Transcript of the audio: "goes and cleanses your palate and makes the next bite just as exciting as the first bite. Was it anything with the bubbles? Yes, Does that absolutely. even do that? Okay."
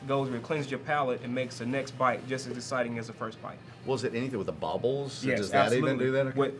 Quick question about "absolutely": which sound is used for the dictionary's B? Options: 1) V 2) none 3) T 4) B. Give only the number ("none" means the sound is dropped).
2